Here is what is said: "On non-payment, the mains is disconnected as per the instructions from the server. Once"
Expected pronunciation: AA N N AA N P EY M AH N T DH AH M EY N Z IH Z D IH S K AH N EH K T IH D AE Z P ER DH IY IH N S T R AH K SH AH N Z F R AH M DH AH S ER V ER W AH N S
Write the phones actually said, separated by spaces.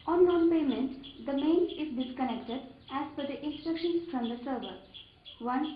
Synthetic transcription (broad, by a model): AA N N AA N P EY M AH N T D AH M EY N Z IH Z D IH S K AH N EH K T IH D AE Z F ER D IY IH N S T R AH K SH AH N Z F R AH M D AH S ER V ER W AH N